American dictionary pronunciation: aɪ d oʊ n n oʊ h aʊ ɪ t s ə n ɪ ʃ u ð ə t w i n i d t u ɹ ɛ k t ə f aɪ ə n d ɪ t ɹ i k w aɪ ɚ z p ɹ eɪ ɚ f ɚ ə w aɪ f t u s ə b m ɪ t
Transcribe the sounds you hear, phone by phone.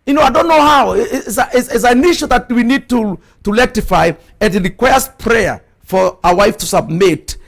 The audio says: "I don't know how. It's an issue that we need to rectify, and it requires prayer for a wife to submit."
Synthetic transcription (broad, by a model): aɪ d oʊ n n oʊ h aʊ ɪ s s ə n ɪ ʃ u ð ə t w i n i d t u l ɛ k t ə f aɪ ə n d ɪ t ɹ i k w aɪ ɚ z p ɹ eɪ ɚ f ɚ ə w aɪ f t u s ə b m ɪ t